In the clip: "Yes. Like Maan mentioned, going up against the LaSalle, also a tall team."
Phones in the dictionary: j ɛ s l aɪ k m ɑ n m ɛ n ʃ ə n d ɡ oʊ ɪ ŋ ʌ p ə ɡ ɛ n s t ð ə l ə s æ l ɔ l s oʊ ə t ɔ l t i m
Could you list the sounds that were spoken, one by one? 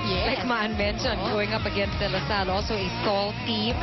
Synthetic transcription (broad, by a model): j l aɪ k m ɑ n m ɛ n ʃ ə n ɡ oʊ ɪ ŋ ʌ p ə ɡ ɛ n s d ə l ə s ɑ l ɔ l s oʊ ə s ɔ l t i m